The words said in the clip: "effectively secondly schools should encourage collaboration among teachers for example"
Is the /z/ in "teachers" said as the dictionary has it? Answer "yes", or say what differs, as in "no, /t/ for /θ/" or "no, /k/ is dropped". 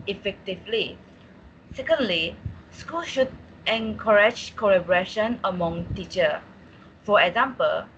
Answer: no, /z/ is dropped